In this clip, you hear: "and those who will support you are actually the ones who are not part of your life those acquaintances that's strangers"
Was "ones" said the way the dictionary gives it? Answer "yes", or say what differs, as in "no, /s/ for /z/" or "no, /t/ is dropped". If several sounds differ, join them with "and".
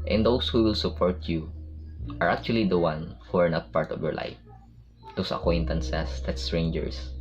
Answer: no, /z/ is dropped